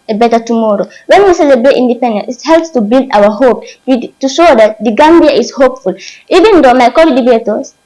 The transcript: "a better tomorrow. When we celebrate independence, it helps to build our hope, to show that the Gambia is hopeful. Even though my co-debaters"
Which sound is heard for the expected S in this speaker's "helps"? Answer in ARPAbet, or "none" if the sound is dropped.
S